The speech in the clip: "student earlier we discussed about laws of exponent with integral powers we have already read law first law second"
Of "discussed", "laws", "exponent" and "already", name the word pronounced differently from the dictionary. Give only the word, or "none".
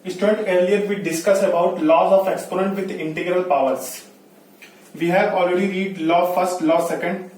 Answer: discussed